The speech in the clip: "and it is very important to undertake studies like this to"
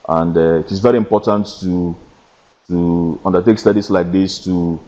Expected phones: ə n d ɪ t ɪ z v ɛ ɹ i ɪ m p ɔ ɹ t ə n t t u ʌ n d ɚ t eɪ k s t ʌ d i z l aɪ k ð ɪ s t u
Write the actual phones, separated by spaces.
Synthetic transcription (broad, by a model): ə n d ɪ t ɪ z v ɛ ɹ i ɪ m p ɔ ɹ t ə n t t u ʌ n d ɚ t eɪ k s t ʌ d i s l aɪ k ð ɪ s t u